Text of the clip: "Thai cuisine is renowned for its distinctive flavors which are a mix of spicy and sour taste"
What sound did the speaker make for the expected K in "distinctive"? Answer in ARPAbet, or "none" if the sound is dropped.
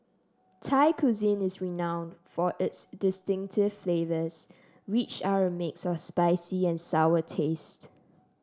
K